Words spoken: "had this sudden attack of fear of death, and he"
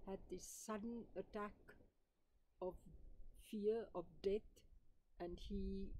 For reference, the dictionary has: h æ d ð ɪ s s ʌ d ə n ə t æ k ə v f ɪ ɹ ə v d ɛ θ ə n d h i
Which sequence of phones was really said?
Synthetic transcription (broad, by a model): h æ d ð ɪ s s ʌ d ə n ə t æ k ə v f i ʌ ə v d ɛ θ ə n d h i